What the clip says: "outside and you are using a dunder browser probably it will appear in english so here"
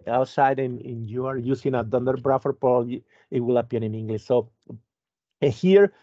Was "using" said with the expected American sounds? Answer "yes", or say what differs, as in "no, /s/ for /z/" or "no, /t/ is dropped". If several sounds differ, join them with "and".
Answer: no, /s/ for /z/